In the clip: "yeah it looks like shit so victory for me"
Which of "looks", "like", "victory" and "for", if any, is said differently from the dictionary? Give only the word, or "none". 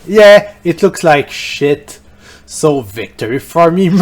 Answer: none